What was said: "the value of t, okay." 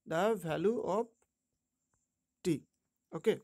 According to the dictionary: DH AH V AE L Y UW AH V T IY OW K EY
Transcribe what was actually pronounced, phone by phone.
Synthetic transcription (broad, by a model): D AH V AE L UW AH P T IY OW K EY